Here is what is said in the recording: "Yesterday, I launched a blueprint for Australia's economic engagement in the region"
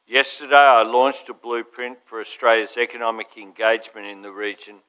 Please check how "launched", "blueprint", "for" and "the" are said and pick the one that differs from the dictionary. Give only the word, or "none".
none